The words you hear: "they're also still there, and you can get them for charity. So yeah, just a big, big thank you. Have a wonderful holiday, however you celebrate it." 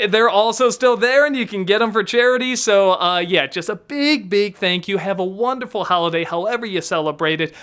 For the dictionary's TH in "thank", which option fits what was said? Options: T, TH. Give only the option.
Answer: TH